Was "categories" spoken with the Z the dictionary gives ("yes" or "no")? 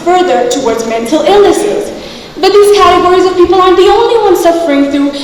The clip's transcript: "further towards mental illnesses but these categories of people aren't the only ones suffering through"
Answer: yes